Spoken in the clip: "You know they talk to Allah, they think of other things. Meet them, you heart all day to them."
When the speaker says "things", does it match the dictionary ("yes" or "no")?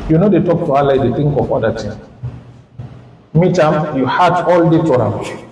no